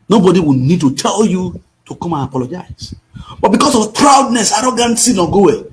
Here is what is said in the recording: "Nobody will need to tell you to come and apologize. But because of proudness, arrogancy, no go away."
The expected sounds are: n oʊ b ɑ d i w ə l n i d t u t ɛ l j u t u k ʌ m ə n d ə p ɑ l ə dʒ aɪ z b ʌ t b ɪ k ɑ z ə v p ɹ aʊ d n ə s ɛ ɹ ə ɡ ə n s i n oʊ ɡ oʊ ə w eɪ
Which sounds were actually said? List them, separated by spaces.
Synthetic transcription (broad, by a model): n oʊ b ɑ d i w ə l n i d t u t ɛ l j u t u k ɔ m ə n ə p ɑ l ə dʒ aɪ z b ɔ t b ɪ k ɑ s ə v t ɹ aʊ d n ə s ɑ ɹ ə ɡ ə n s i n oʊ ɡ oʊ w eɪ